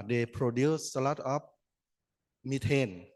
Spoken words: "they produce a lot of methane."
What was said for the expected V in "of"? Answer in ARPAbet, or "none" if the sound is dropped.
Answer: P